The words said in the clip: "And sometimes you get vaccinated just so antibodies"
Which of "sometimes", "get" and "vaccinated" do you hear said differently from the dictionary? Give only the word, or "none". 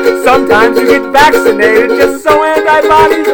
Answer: none